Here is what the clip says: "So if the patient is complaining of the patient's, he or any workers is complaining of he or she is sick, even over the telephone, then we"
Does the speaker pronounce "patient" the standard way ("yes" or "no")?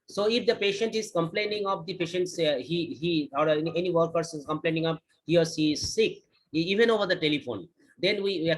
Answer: yes